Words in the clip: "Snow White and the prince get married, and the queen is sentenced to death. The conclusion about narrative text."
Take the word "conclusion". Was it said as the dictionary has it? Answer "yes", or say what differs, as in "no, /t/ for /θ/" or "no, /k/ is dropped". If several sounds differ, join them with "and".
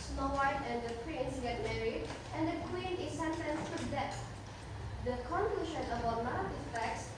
no, /ʃ/ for /ʒ/